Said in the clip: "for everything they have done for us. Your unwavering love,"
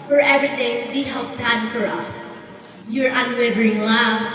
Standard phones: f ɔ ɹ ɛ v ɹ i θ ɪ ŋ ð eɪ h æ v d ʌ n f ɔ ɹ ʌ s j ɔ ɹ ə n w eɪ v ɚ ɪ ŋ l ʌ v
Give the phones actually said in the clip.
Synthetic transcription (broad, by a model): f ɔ ɹ ɛ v ɹ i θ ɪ ŋ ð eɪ h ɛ p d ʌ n f ɔ ɹ ʌ s j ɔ ɹ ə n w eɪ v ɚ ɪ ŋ l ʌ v